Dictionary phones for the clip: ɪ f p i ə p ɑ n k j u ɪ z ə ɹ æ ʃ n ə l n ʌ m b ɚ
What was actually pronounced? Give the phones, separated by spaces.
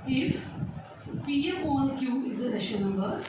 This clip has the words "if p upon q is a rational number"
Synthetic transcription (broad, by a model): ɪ f p i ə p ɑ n k j u ɪ z ə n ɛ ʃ ə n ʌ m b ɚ